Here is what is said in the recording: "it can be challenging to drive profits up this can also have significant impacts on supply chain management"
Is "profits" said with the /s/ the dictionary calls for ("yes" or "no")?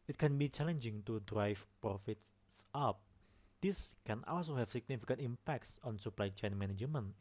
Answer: yes